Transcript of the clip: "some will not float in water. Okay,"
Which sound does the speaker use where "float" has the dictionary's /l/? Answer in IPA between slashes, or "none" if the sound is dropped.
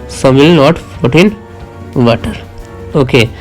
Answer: none